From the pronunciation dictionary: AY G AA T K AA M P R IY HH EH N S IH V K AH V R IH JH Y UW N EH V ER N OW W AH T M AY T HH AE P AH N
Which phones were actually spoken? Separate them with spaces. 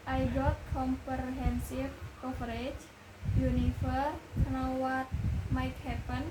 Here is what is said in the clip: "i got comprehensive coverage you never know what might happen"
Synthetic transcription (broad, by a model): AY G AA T K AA M P R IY HH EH N S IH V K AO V R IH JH Y UW N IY F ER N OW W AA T M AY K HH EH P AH N